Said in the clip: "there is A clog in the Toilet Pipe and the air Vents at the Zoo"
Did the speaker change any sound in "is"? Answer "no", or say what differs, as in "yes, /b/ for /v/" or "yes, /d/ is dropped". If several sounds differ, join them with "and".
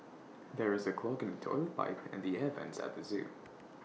no